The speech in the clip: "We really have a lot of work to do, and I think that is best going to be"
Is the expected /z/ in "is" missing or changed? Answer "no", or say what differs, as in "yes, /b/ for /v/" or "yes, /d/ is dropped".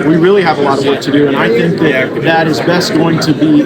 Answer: no